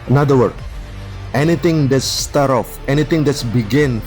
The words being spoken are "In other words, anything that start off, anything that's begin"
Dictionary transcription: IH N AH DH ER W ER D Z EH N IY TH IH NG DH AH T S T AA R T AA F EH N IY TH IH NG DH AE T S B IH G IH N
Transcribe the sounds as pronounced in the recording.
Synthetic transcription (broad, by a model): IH N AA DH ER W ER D EH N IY T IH NG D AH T S T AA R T AA F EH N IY T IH NG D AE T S B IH G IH N